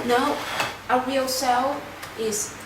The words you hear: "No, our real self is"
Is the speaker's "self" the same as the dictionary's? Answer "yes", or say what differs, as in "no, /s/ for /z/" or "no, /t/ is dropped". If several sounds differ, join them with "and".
no, /f/ is dropped